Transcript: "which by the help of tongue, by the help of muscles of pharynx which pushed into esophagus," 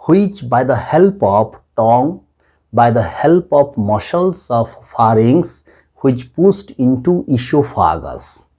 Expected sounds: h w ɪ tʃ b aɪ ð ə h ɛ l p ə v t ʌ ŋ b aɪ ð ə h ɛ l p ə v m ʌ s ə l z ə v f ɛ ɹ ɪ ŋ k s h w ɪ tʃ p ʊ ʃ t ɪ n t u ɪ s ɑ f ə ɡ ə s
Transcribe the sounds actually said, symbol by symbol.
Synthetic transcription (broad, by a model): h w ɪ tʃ b aɪ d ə h ɛ l p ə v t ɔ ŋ b aɪ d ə h ɛ l p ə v m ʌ ʃ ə l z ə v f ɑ ɹ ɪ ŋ s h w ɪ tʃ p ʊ s t ɪ n t u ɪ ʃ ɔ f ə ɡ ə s